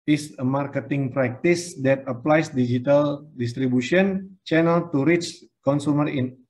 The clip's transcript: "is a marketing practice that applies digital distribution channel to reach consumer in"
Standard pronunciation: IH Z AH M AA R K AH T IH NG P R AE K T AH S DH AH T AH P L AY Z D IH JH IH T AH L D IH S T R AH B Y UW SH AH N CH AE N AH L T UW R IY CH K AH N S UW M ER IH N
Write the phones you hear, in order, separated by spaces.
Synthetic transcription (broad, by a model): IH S AH M AA R K AH T IH NG P R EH K T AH S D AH T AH P L AY S D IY JH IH T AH L D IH S T R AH B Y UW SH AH N CH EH N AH L T UW R IY CH K AH N S UW M ER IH N